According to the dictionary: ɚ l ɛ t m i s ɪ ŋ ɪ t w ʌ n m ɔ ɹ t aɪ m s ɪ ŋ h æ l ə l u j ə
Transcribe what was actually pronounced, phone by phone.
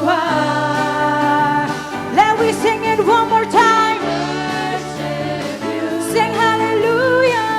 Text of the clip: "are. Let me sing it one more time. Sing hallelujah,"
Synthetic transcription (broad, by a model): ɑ l ɛ t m i s ɪ ŋ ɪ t w ʌ n m ɔ ɹ t aɪ m s ɪ ŋ h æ l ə l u j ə